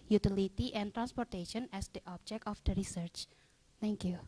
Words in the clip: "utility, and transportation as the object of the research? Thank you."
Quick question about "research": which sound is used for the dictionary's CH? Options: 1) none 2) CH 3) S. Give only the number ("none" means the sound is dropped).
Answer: 2